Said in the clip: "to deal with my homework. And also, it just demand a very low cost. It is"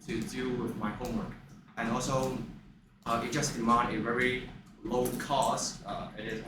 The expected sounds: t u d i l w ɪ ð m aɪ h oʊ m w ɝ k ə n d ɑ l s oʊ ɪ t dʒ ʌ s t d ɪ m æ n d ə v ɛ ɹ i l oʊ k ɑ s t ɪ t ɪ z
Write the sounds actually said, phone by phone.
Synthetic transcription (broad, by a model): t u d i l w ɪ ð m aɪ h oʊ m w ɝ k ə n ɑ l s oʊ ɪ t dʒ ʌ s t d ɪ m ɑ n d ə v ɛ ɹ i l oʊ k ɑ s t ɪ t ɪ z